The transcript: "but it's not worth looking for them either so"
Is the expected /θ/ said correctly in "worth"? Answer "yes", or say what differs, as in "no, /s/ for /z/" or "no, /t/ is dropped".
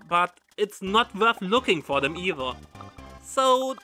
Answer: yes